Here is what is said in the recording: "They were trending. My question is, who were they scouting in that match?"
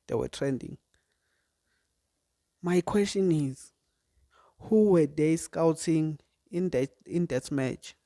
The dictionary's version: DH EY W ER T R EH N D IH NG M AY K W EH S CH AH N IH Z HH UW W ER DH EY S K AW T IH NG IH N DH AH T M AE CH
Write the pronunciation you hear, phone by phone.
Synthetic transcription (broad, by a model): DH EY W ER T R EH N D IH NG M AY K W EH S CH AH N IH Z HH UW W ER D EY S K AW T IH NG IH N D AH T M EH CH